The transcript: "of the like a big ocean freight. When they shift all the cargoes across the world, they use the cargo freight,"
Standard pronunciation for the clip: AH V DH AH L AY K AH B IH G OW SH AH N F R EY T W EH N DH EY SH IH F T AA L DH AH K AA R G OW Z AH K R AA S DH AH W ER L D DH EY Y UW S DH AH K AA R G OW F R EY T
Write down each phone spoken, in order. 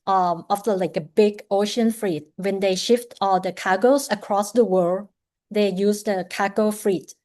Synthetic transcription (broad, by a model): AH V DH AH L AY K AH B IH G OW SH AH N F R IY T W EH N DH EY SH IH F T AA L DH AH K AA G OW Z AH K R AA S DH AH W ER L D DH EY Y UW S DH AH K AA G OW F R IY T